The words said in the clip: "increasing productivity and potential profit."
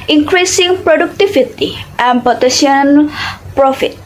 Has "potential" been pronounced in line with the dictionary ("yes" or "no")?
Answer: no